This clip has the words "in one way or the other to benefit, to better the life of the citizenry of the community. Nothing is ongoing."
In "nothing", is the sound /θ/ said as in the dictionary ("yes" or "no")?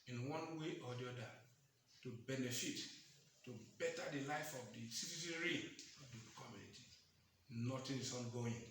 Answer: no